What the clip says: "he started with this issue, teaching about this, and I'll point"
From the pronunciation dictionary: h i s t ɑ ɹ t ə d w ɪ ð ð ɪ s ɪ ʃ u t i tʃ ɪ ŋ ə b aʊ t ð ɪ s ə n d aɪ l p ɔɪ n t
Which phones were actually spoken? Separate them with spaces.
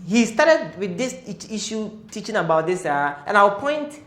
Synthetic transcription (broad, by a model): h i s t ɑ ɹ t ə d w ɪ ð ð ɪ s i ʃ u t i tʃ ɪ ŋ ə b aʊ t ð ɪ s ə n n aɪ w p ɔɪ n t